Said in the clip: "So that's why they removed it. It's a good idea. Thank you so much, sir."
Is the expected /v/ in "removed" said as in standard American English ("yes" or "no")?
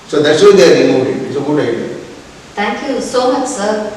no